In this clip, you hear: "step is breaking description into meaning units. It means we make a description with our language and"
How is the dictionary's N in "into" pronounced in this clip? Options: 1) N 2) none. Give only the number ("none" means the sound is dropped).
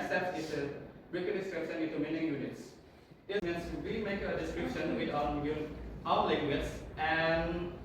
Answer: 2